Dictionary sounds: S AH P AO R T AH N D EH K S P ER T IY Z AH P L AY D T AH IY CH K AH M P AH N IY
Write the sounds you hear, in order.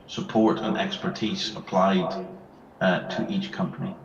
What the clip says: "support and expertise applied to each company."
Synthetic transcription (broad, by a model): S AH P AO R T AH N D EH K S P ER T IY Z AH P L AY D T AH IY CH K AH M P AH N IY